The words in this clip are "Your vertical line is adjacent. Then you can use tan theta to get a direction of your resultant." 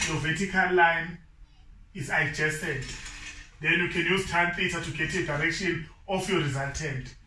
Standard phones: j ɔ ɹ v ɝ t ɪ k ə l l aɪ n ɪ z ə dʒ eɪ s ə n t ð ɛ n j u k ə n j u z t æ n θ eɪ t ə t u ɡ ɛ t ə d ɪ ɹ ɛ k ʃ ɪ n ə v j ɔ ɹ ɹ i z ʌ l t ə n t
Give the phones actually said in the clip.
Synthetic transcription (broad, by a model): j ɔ v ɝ t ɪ k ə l l aɪ n ɪ z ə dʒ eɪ s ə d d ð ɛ n j u k ə n j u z t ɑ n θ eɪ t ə t u ɡ ɛ t ə d ɪ ɹ ɛ k ʃ ɪ n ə f j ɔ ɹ ɹ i z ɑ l t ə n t